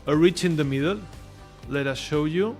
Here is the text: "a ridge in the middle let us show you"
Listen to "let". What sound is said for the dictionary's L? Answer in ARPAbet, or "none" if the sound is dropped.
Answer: L